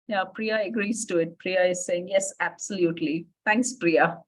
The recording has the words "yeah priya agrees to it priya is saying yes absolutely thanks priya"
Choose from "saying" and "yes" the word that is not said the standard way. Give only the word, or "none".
none